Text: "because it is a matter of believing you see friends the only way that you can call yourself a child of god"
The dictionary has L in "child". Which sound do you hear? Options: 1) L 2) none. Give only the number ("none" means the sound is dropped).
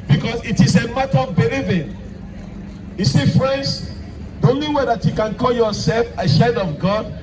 2